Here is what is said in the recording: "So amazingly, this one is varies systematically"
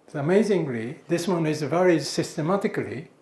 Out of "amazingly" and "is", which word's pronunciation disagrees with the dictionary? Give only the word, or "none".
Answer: none